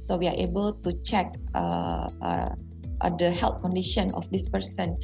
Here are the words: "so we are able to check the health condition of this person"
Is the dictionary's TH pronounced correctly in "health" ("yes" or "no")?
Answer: no